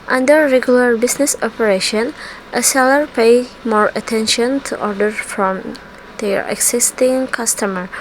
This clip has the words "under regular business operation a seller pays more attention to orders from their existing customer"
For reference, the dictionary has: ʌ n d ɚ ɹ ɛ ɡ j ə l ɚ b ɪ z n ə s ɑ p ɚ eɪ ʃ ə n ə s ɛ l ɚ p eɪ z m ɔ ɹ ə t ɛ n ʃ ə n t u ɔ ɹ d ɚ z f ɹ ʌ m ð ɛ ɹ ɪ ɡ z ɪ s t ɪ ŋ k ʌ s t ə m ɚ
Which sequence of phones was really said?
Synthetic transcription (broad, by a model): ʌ n d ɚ ɹ ɛ ɡ j ə l ɚ b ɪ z n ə s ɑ p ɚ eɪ ʃ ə n ə s ɛ l ɚ p eɪ m ɔ ɹ ə t ɛ n ʃ ə n t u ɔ ɹ d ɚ f ɹ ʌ m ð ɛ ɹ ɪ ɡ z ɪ s t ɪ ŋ k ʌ s t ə m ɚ